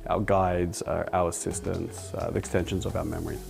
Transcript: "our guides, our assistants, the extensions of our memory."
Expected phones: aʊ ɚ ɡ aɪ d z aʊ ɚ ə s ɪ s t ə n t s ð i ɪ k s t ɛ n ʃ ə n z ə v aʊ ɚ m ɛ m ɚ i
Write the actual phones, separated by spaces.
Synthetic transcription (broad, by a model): aʊ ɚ ɡ aɪ d z aʊ ɚ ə s ɪ s t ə n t s ð i ɪ k s t ɛ n ʃ ə n z ə v aʊ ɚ m ɛ m ɚ i